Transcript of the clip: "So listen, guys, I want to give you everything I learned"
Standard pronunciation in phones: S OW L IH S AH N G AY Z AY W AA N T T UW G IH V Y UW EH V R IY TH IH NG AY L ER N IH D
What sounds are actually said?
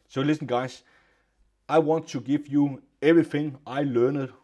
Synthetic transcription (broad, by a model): S OW L IH S AH N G AY S AY W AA N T T UW G IH V Y UW EH V R IY TH IH NG AY L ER N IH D